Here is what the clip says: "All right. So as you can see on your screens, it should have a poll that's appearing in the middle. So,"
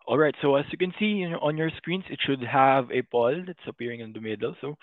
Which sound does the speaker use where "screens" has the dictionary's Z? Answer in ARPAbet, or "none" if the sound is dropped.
S